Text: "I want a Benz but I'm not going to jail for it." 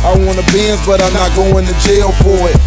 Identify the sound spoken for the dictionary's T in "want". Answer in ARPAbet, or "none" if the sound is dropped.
none